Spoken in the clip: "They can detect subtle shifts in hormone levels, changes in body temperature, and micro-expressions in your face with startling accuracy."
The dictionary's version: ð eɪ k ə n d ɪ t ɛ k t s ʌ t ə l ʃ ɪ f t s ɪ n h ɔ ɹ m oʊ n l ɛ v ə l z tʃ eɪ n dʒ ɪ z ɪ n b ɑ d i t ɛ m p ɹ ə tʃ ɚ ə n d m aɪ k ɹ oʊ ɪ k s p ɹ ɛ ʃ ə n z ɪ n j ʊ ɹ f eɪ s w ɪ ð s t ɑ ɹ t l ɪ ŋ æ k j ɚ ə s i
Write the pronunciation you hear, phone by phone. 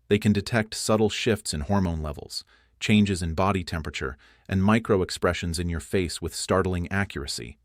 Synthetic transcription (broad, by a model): ð eɪ k ə n d ɪ t ɛ k t s ʌ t l ʃ ɪ f t s ɪ n h ɔ ɹ m oʊ n l ɛ v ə l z tʃ eɪ n dʒ ɪ z ɪ n b ɑ d i t ɛ m p ɹ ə tʃ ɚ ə n m aɪ k ɹ oʊ ɪ k s p ɹ ɛ ʃ ə n z ɪ n j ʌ ɹ f eɪ s w ɪ ð s t ɑ ɹ t l ɪ ŋ æ k j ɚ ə s i